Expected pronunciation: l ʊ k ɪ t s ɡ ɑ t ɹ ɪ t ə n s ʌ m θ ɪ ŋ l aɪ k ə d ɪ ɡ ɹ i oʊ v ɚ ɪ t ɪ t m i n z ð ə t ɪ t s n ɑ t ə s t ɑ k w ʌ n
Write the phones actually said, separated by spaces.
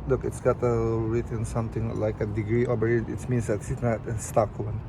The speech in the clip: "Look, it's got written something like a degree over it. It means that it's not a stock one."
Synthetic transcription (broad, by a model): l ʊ k ɪ t s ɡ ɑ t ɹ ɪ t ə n s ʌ m t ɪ ŋ l aɪ k ə d ɪ ɡ ɹ i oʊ b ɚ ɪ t ɪ t m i n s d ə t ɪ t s n ɑ t ə s t ɑ k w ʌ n